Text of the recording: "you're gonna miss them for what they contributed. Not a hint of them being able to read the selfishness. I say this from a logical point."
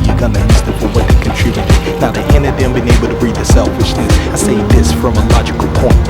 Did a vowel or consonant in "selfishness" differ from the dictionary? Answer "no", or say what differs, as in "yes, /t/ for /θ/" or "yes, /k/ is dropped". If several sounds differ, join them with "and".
no